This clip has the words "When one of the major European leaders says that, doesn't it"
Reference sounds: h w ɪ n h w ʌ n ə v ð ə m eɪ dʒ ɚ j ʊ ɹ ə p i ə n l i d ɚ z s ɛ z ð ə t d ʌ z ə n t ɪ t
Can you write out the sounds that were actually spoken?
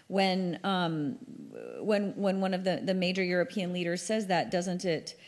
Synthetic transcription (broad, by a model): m w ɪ n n w ʌ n ə v ð ə m eɪ dʒ ɚ j ʊ ɹ ə p i ə n l i d ɚ z s ɛ z ð ə t d ʌ z ə n t ɪ t